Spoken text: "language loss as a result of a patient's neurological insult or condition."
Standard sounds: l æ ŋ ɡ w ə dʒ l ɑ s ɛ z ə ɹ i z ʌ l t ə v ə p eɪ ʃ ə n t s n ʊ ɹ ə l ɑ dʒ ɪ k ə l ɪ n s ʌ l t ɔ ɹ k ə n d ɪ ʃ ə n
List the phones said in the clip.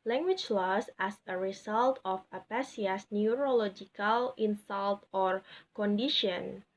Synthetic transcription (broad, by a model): l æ ŋ ɡ w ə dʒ l ɑ s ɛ s ə ɹ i s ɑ l t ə f ə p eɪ s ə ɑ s n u ɹ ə l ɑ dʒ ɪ k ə l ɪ n s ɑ l t ɔ ɹ k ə n d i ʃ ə n